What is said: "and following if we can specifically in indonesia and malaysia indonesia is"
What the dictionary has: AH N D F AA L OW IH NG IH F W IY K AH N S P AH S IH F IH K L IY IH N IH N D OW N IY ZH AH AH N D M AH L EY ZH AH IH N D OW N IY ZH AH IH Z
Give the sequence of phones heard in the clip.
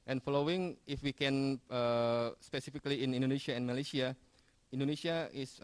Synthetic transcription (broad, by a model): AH N F AA L OW IH NG IH F W IY K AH N S P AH S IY F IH K L IY IH N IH N D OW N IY SH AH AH N M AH L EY S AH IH N D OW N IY SH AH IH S